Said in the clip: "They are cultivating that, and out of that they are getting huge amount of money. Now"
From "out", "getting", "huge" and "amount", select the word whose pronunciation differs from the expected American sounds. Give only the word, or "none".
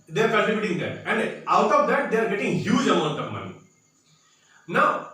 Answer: amount